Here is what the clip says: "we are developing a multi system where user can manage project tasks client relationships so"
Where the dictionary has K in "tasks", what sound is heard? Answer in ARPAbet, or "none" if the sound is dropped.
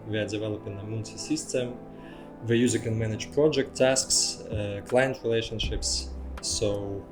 K